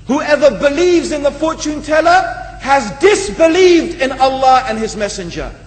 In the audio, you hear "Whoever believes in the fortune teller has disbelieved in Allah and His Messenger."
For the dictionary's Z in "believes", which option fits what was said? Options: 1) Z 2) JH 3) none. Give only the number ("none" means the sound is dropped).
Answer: 1